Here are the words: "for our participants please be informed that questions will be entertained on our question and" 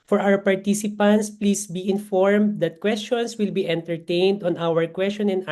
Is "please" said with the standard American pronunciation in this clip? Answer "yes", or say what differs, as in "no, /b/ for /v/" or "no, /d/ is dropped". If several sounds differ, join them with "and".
no, /s/ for /z/